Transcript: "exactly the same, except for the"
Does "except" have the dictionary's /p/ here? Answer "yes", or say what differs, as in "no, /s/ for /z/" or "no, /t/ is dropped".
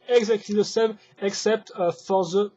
yes